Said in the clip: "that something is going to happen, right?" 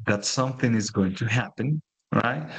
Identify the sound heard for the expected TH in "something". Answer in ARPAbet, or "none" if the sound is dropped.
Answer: TH